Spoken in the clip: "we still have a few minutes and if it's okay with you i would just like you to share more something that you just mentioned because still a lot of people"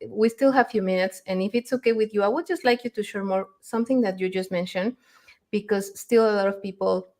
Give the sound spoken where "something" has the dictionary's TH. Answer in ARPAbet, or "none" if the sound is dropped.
TH